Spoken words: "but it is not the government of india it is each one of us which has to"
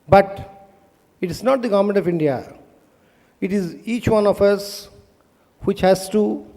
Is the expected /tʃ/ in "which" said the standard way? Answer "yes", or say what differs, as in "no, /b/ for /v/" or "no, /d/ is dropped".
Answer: yes